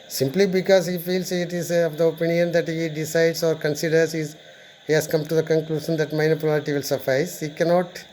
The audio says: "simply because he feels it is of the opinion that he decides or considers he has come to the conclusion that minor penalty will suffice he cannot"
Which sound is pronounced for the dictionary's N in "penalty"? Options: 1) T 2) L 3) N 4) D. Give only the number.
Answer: 2